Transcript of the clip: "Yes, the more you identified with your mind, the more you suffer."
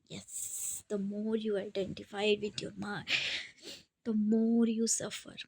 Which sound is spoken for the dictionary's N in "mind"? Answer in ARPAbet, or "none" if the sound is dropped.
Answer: none